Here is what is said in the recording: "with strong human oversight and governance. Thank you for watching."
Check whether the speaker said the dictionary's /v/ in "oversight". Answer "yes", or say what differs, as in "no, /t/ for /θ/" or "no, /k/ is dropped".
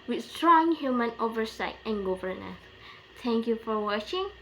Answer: yes